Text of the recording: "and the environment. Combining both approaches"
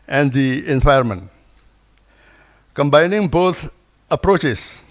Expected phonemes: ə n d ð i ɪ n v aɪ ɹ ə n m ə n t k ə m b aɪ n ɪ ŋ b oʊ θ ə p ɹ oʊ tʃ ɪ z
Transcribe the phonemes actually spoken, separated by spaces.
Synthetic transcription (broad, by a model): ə n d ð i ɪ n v aɪ ə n m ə n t k ə m b aɪ n ɪ ŋ b oʊ t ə p ɹ oʊ tʃ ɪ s